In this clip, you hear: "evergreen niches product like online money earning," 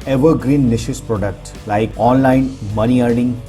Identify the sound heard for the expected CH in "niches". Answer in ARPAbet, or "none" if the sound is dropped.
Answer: SH